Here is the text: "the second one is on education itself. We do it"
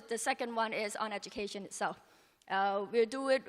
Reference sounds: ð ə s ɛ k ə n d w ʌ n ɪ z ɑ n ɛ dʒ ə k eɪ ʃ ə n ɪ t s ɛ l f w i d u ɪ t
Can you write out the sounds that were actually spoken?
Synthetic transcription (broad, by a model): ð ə s ɛ k ə n d w ʌ n ɪ z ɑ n ɛ dʒ ə k eɪ ʃ ə n ɪ t s ɛ l f w i d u ɪ t